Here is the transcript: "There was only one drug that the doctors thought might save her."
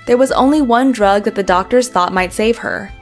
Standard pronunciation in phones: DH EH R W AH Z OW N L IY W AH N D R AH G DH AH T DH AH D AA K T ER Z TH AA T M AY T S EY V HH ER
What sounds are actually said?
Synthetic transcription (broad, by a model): DH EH R W AH Z OW N L IY W AH N D R AH G DH AH T DH AH D AA K T ER Z TH AA T M AY T S EY V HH ER